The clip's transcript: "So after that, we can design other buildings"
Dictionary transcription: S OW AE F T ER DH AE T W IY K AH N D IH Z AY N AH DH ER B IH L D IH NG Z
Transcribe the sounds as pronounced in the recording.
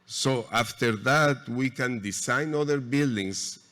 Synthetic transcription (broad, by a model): S OW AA F T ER DH AE T W IY K AH N D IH S AY N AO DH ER B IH L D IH NG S